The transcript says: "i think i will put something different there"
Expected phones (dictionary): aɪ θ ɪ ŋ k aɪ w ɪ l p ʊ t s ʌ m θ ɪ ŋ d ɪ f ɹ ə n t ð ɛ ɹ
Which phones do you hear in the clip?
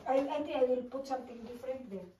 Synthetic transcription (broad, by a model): aɪ t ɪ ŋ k aɪ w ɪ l p ʊ t s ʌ m t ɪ ŋ d ɪ f ɹ ə n t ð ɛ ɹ